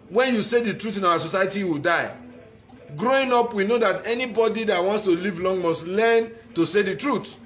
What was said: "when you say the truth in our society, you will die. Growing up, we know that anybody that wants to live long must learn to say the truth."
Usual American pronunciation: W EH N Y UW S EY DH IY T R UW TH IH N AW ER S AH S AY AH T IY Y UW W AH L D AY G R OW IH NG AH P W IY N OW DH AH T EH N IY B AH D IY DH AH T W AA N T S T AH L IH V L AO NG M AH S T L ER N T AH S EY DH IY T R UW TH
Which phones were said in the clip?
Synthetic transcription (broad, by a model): W EH N Y UW S EY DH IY T R UW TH IH N AW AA S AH S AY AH T IY W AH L D AY G R OW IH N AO P W IY N OW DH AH T EH N IY B AH D IY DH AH T W AA N T S T AH L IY V L AO NG M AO S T L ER N T AH S EY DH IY T R UW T